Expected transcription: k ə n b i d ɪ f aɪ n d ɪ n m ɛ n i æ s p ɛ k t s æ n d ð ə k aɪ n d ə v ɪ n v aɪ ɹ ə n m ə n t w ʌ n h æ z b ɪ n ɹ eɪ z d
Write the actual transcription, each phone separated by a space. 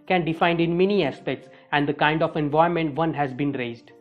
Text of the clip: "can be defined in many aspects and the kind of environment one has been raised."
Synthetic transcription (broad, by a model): k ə n d ɪ f aɪ n d ɪ n m ɛ n i æ s p ɛ k t s æ n d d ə k aɪ n d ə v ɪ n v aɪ ə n m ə n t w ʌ n h æ z b ɪ n ɹ eɪ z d